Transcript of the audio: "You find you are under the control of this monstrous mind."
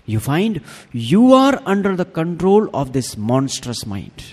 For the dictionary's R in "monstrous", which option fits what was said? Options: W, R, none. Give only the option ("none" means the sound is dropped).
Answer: R